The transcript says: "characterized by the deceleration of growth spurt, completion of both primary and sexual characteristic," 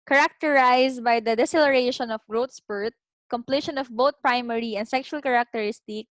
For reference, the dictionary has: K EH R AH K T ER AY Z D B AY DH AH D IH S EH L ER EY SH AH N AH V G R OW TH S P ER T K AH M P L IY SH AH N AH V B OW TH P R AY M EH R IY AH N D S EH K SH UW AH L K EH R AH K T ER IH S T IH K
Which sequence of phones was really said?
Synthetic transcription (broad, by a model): K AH R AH K T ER AY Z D B AY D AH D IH S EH L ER EY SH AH N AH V G R OW T S P ER T K AH M P L IY SH AH N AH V B OW T P R AY M EH R IY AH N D S EH K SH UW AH L K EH R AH K T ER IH S T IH K